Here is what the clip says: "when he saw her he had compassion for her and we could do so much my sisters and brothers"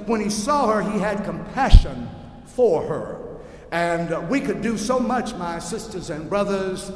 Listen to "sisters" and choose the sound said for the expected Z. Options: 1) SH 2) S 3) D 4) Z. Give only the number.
4